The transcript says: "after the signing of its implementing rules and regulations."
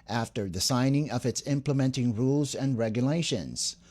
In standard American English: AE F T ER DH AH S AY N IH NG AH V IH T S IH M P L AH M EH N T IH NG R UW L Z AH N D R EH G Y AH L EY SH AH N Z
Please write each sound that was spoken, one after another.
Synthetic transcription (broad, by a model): AE F T ER DH AH S AY N IH NG AH V IH T S IH M P L AH M EH N T IH NG R UW L Z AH N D R EH G Y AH L EY SH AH N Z